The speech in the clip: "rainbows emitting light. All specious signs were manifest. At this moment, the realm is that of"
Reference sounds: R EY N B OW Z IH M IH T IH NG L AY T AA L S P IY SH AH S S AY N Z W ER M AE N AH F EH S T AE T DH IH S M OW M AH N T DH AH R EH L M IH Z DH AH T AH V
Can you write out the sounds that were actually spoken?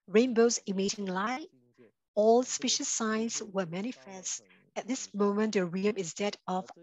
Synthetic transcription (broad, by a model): R EY N B OW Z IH M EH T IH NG L AY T AA L S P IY SH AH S S AY N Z W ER M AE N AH F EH S T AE T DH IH S M OW M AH N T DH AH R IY M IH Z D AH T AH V